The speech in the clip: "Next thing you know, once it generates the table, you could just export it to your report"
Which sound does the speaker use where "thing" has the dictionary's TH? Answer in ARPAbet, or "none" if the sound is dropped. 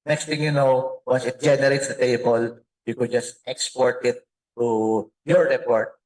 T